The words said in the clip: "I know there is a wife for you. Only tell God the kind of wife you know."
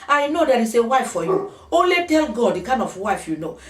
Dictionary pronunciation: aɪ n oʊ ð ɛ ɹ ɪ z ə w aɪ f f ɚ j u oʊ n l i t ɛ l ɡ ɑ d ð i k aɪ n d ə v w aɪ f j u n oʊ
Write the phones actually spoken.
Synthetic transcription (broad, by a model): aɪ n oʊ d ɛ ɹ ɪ s ə w aɪ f f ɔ j u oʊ l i t ɛ l ɡ ɑ d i k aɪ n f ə w aɪ f j u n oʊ